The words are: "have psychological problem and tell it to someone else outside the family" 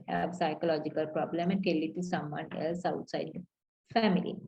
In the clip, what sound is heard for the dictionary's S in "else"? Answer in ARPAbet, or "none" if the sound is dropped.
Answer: S